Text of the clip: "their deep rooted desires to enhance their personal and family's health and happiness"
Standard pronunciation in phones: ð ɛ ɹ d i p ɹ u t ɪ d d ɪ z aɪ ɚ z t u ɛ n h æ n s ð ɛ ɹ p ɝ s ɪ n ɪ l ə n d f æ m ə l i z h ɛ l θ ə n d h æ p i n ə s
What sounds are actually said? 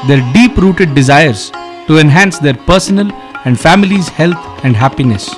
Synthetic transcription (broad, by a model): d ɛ ɹ d i p ɹ u t ɪ d d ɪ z aɪ ɚ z t u ɛ n h æ n s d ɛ ɹ p ɝ s ɪ n ɪ l ə n d f æ m ə l i z h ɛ l t ə n d h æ p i n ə s